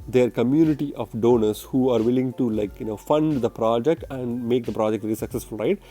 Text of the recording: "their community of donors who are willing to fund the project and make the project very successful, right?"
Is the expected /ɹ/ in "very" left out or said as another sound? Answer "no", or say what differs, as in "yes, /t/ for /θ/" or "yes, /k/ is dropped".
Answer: yes, /l/ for /ɹ/